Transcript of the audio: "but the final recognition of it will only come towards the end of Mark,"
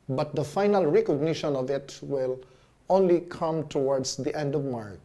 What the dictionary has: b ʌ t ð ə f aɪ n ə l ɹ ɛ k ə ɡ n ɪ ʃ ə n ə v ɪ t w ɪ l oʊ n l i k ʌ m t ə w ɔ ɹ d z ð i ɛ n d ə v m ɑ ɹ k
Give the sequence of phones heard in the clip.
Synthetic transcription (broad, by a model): b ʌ t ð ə f aɪ n ə l ɹ ɛ k ə ɡ n ɪ ʃ ə n ə v ɪ t w ɪ l oʊ n l i k ʌ m t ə w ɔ ɹ d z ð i ɛ n d ə v m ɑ ɹ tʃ